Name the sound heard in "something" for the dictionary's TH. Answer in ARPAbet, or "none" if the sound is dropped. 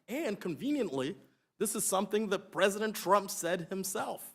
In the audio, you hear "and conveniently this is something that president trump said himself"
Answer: TH